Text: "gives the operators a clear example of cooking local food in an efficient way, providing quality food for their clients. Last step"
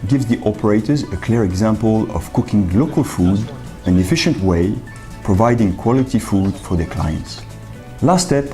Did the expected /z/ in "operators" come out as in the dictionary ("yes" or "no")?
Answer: yes